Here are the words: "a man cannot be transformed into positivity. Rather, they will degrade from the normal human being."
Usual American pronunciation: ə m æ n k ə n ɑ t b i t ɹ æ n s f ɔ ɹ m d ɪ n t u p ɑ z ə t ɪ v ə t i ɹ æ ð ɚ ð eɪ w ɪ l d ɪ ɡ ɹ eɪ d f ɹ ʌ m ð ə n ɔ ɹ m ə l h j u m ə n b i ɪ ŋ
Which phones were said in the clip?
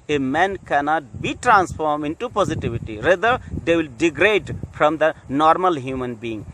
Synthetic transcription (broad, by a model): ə m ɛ n k ə n ɑ t b i t ɹ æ n s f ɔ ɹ m ɪ n t u p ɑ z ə t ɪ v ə t i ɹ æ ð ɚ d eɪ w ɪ l d ɪ ɡ ɹ eɪ d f ɹ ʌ m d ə n ɔ ɹ m ə l h j u m ə n b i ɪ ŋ